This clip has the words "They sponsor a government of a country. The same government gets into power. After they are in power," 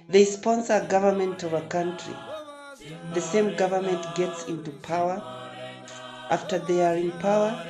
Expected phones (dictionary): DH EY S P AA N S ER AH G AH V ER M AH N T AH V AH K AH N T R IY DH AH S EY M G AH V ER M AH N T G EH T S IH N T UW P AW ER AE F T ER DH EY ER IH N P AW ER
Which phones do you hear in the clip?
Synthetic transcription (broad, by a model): DH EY S P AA N S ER AH G AH V ER M AH N T AH V AH K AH N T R IY DH AH S EY M G AH V ER M AH N T G EH T S IH N T UW P AW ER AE F T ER DH EY ER IH N P AW ER